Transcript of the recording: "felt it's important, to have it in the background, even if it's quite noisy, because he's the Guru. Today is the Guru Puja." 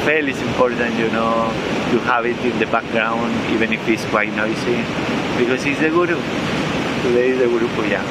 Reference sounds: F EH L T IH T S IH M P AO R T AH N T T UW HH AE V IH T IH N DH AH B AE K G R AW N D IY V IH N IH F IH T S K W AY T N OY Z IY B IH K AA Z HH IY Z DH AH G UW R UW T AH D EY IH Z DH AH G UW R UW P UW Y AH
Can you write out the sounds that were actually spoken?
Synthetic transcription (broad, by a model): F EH L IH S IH M P AO R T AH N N T UW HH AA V IH T IH N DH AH B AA K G R AW N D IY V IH N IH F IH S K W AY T N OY S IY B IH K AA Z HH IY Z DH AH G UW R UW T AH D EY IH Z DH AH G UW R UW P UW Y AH